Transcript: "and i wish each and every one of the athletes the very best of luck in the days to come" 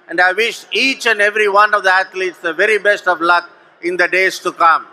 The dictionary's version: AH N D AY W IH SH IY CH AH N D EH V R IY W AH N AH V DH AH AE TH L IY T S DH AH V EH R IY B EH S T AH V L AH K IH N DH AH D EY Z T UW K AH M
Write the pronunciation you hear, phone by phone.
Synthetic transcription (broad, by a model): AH N D AY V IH SH IY CH AH N D EH V R IY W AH N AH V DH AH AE T L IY T S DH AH V EH R IY B EH S T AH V L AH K IH N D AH D EY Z T UW K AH M